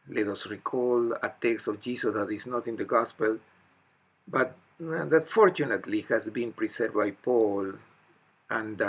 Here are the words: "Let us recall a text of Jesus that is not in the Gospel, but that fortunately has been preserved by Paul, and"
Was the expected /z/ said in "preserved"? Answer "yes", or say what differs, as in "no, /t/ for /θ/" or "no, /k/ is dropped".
no, /s/ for /z/